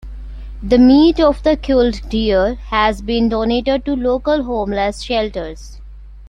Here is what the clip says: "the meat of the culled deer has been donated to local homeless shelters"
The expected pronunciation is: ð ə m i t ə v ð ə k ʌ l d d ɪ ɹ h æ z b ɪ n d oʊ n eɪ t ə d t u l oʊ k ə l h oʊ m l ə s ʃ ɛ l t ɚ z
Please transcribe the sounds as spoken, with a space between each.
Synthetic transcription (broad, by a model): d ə m i t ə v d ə k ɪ l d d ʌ ɹ h æ z b ɪ n d oʊ n eɪ t ə d t u l oʊ k ə l h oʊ m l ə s ʃ ɛ l t ɚ z